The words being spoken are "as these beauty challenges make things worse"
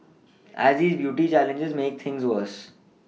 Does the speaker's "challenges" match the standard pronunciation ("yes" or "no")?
yes